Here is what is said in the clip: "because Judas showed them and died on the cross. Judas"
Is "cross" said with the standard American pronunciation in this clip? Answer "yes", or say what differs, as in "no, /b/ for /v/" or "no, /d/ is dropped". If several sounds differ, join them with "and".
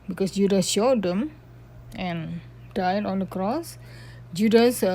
yes